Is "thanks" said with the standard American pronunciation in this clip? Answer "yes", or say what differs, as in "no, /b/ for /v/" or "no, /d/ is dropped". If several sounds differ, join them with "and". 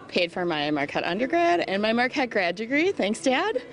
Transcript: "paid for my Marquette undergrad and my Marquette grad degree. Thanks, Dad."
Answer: yes